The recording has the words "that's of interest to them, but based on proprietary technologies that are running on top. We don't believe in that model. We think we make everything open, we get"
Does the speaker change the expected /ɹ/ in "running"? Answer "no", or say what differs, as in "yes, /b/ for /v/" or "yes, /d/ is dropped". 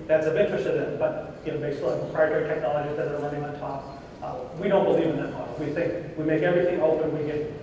yes, /l/ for /ɹ/